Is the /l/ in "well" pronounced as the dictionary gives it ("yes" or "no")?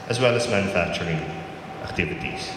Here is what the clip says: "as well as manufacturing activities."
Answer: yes